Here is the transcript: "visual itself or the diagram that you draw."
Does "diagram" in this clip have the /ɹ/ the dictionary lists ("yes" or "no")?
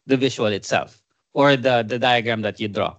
yes